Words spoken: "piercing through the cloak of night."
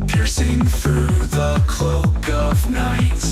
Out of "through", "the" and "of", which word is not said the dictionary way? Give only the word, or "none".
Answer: none